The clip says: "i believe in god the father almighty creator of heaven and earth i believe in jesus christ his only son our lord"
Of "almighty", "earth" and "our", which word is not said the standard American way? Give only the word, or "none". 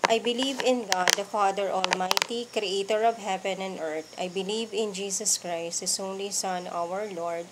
earth